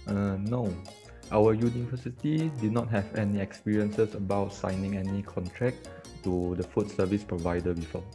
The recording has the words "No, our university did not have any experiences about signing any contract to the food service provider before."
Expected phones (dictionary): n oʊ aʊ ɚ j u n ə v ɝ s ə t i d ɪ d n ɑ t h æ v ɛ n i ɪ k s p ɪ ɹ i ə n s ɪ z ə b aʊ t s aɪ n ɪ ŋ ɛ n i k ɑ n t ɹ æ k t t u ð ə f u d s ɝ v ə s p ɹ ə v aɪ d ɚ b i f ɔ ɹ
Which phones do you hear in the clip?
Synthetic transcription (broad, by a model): n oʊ aʊ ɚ j u n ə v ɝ s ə t i d ɪ d n ɑ t h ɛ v ɛ n i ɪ k s p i ɹ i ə n s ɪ s ə b aʊ t s aɪ n ɪ ŋ ɛ n i k ɑ n t ɹ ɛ k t t u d ə f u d s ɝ v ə s p ɹ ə v aɪ d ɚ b i f ɔ